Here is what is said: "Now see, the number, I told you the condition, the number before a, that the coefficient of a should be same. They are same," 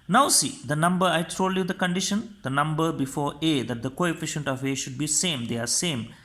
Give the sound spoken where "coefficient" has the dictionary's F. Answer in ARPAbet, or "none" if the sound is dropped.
F